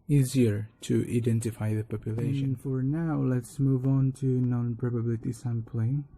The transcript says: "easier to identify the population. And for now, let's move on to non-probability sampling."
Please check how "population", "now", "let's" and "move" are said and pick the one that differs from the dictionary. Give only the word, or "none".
population